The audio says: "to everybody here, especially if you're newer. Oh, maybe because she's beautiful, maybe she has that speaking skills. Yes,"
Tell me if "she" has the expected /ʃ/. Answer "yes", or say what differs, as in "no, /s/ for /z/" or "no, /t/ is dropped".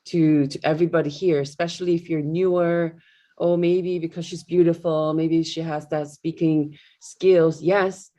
yes